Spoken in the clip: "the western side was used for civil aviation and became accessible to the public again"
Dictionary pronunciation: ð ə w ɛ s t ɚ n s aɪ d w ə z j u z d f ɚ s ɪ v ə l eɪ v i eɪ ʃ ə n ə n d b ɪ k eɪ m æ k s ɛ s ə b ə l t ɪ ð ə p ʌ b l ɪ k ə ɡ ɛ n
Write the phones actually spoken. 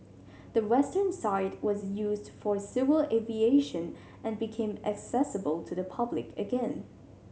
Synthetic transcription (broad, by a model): ð ə w ɛ s t ɚ n s aɪ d w ə z j u z d f ɚ s ɪ v ə l eɪ v i eɪ ʃ ə n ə n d b ɪ k eɪ m æ k s ɛ s ə b ə l t ɪ ð ə p ʌ b l ɪ k ə ɡ ɛ n